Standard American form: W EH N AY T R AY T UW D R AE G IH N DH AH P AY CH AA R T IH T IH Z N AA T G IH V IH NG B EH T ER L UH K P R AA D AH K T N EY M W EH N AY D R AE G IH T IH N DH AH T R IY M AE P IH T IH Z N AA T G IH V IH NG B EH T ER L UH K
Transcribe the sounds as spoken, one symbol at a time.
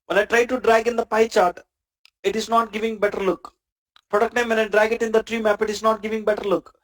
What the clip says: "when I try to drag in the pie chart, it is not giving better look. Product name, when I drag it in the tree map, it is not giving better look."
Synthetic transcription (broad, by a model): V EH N AY T R AY T UW D R AE G IH N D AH P AY CH AA R T IH T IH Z N AA T G IH V IH NG B EH T ER L UH K P R AA D AH K T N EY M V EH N AY D R AE G IH T IH N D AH T R IY M AE P IH T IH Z N AA T G IH V IH NG B EH T ER L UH K